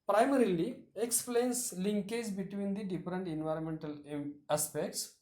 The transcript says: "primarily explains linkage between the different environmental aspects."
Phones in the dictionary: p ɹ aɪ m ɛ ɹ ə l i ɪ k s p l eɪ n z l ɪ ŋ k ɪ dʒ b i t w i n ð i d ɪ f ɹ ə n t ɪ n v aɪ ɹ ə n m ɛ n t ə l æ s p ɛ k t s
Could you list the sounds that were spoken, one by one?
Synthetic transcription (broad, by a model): p ɹ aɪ m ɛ ɹ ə l i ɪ k s p l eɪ n s l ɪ ŋ k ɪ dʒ b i t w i n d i d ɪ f ɹ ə n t ɪ n v aɪ ɹ ə n m ɛ n t ə l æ s p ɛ k t s